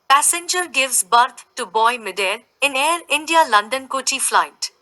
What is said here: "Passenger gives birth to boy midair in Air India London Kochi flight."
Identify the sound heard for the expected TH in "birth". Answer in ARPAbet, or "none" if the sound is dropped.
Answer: T